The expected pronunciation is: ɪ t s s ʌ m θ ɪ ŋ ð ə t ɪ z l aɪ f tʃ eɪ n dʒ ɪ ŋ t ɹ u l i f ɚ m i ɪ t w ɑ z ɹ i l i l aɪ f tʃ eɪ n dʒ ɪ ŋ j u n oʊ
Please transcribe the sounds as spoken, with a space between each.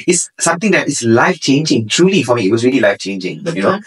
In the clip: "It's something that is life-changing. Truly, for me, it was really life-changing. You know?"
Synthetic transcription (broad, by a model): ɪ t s s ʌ m t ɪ ŋ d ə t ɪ s l aɪ f tʃ eɪ n dʒ ɪ ŋ t ɹ u l i f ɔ m i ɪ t w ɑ s ɹ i l i l aɪ f tʃ eɪ n dʒ ɪ ŋ j u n oʊ